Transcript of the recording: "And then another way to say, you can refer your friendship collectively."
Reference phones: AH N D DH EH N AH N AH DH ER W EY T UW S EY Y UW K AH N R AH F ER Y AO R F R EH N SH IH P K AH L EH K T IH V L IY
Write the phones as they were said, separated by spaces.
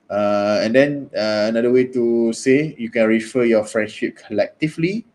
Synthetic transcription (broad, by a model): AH N D EH N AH N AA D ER W EY T UW S EY Y UW K AH N R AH F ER Y AO F R EH N SH IH P K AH L EH K T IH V L IY